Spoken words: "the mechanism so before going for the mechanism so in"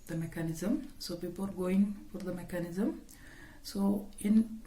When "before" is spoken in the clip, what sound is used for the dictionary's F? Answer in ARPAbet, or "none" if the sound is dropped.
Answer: P